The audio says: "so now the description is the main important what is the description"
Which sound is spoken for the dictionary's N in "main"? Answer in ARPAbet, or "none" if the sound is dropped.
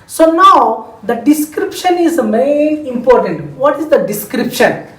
none